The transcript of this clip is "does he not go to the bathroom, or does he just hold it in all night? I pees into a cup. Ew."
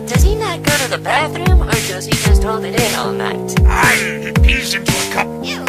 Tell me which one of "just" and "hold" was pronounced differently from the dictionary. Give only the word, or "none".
none